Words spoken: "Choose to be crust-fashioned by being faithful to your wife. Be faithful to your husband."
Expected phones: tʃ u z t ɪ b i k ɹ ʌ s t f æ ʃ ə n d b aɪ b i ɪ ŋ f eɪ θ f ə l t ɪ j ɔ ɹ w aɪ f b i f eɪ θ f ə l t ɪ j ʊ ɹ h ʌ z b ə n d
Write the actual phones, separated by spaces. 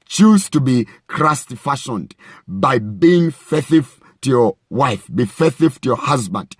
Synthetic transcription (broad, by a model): tʃ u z t ɪ b i k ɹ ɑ s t f æ ʃ ə n d b aɪ b i ɪ ŋ f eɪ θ ə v t ɪ j ɔ ɹ w aɪ f b i f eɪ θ ə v t ɪ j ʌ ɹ h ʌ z b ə n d